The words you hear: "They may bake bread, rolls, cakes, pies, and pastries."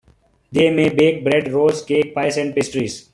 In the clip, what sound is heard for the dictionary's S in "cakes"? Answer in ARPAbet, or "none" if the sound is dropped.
none